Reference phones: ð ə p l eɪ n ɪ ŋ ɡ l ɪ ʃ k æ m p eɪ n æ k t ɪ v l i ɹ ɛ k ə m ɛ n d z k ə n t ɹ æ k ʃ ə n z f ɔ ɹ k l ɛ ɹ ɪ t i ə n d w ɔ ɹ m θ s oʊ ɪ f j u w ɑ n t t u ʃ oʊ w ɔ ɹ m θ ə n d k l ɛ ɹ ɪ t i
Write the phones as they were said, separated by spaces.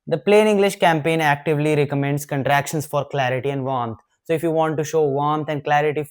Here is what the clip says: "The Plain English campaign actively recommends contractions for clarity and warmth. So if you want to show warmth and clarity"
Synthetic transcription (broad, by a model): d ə p l eɪ n ɪ ŋ ɡ l ɪ ʃ k æ m p eɪ n æ k t ɪ v l i ɹ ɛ k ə m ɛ n d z k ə n t ɹ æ k ʃ ə n s f ɔ ɹ k l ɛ ɹ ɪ t i ə n d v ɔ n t s oʊ ɪ f j u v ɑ n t t u ʃ oʊ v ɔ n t ə n d k l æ ɹ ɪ t i